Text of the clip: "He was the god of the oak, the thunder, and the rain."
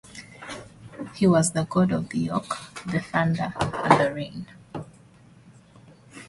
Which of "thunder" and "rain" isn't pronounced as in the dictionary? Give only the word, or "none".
thunder